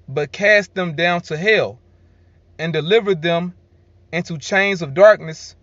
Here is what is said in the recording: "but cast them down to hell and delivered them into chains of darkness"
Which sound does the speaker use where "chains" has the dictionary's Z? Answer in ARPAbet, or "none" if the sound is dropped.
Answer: Z